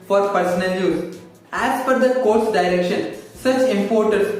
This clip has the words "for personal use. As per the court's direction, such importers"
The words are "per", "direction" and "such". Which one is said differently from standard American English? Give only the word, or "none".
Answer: per